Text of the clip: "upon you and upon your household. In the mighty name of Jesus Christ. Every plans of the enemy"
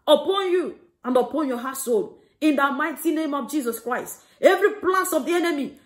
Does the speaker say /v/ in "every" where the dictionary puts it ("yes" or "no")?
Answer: yes